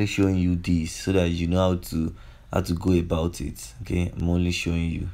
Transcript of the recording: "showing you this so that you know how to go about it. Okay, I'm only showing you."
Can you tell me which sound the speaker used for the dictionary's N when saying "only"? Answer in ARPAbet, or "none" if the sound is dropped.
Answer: none